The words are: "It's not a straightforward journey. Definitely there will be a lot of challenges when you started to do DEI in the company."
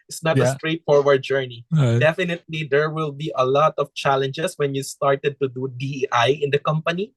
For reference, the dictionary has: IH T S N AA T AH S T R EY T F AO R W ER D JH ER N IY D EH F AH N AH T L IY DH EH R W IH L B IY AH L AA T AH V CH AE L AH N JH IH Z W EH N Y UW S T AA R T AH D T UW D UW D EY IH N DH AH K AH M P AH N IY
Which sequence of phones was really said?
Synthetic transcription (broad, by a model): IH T S N AA T AH S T R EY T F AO R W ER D JH ER N IY D EH F AH N AH T L IY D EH R W IH L B IY AH L AA T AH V CH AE L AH N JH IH S W EH N Y UW S T AA R T AH D T UW D UW D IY IH N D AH K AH M P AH N IY